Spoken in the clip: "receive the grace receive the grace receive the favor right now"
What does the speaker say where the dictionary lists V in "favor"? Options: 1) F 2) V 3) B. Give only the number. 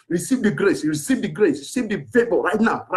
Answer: 3